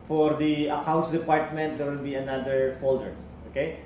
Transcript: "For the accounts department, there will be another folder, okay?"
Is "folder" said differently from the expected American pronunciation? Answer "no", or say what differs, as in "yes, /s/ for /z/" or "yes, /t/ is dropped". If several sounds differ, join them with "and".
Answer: no